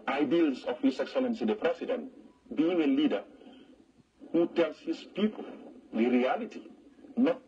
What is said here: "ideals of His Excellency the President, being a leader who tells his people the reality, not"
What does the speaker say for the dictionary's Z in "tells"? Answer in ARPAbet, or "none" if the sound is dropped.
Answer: S